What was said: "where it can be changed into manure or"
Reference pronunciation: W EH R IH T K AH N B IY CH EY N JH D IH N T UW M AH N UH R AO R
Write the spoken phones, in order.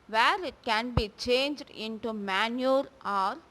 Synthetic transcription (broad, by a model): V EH R IH T K AH N B IY CH EY N JH D IH N T UW M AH N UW R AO R